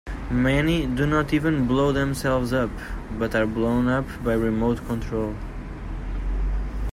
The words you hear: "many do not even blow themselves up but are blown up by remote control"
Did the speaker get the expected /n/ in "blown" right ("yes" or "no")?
yes